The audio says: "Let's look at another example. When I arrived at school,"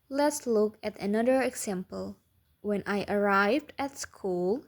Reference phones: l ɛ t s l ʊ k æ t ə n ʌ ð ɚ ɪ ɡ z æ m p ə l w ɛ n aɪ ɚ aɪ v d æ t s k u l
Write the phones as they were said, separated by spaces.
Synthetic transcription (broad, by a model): l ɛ t s l ʊ k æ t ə n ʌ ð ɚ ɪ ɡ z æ m p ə l w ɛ n aɪ ɚ aɪ v d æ t s k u l